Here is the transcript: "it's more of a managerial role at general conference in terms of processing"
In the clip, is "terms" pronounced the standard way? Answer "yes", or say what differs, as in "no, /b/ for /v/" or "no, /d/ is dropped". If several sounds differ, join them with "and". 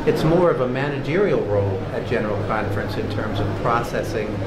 yes